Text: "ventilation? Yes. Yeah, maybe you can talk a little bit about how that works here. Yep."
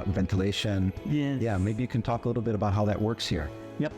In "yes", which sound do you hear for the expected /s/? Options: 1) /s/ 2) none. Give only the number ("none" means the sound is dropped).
2